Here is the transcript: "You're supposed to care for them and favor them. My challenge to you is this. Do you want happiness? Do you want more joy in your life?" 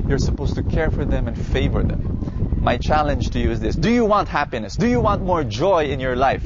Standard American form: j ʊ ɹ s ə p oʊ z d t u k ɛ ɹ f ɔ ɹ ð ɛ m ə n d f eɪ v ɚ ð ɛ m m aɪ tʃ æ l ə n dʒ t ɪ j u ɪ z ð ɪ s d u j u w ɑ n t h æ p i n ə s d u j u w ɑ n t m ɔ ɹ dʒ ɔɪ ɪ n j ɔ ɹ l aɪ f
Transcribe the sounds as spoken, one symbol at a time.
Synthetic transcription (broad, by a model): j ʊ ɹ s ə p oʊ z t u k ɛ ɹ f ɔ ɹ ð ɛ m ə n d f eɪ v ɚ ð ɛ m m aɪ tʃ æ l ə n dʒ t ɪ j u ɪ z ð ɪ s d u j u w ɑ n t h æ p i n ə s d u j u w ɑ n t m ɔ ɹ dʒ ɔɪ ɪ n j ɔ ɹ l aɪ f